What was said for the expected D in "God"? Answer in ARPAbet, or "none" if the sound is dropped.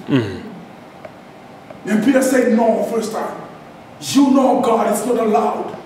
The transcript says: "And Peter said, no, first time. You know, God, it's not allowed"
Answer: D